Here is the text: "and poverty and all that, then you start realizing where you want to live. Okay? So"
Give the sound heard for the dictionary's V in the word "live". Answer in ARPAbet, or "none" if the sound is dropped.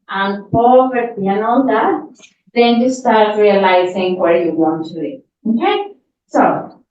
none